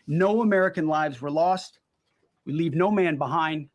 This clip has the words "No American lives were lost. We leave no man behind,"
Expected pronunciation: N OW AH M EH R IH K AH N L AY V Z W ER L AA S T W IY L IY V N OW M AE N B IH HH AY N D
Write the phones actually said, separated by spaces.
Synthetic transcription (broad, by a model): N OW AH M EH R IH K AH N L AY V Z W ER L AA S T W IY L IY V N OW M AE N B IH HH AY N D